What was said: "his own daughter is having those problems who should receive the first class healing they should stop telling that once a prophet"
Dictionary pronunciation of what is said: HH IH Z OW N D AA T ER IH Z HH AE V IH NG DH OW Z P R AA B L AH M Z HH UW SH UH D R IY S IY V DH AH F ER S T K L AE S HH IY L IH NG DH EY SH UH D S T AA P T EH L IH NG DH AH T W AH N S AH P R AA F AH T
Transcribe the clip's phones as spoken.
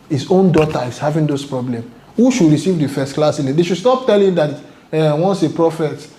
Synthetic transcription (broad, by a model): HH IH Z OW N D AA T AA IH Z HH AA V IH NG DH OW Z P R AA B L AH M HH UW SH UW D R IY S IY V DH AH F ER S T K L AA S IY N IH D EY SH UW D S T AA P T EH L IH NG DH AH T W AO N S AH P R AA F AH T